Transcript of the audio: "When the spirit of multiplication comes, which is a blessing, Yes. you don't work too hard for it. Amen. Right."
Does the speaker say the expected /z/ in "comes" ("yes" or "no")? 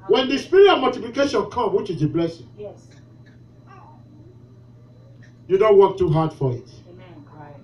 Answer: no